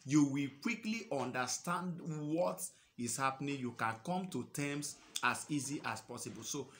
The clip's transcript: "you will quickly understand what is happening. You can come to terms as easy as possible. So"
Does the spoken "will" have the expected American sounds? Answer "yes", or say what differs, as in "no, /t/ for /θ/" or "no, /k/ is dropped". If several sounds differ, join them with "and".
yes